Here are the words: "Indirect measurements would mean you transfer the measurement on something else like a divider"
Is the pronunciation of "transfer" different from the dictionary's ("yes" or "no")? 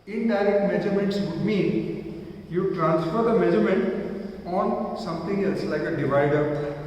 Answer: no